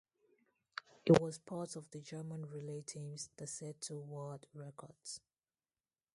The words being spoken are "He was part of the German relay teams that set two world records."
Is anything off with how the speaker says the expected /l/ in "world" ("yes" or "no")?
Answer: yes